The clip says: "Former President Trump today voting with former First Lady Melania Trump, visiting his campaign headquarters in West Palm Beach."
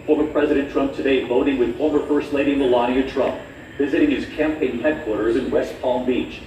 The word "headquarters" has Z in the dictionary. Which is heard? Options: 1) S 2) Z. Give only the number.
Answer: 2